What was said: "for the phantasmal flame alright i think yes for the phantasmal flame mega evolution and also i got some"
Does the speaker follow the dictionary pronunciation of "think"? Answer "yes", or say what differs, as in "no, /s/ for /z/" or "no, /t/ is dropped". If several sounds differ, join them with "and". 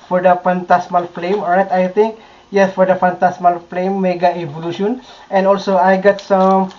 no, /t/ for /θ/